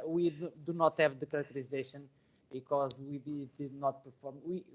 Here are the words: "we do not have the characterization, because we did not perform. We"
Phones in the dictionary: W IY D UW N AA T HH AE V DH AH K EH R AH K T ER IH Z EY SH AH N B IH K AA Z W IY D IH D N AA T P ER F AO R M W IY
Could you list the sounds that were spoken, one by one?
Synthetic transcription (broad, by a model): W IY D UW N AA T HH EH V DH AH K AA R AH K T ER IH Z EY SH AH N B IH K AA Z W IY D IH D N AA T P ER F AO R M W IY